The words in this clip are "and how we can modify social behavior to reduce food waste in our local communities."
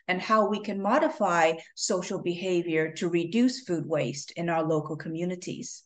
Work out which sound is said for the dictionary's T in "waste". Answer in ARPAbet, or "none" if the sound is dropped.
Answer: T